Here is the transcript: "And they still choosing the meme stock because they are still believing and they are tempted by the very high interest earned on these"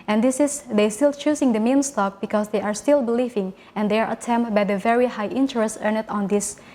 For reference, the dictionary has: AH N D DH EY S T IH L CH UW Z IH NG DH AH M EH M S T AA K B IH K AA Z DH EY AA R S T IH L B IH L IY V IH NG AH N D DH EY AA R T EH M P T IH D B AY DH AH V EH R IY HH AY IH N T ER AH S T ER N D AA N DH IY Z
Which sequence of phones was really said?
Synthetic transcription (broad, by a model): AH N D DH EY S T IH L CH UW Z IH NG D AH M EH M S T AA K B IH K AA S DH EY AA R S T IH L B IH L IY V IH NG AH N D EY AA R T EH M T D B AY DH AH V EH R IY HH AY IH N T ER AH S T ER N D AA N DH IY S